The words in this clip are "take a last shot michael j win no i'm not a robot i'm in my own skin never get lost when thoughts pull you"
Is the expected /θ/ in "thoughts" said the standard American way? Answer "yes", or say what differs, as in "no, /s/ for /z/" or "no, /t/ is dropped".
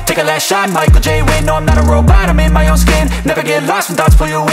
no, /t/ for /θ/